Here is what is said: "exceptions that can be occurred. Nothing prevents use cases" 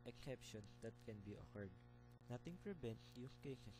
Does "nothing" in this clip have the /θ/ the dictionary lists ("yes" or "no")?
no